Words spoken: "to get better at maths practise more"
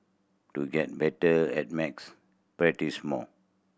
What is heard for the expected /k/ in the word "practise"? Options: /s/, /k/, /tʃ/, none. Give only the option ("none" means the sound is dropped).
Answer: none